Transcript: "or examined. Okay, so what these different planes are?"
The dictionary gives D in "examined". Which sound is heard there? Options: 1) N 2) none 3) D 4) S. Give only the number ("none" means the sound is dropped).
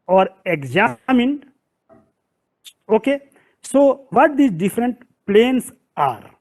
2